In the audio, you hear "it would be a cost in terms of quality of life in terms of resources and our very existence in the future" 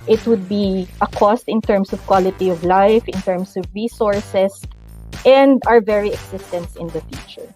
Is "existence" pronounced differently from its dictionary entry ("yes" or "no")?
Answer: yes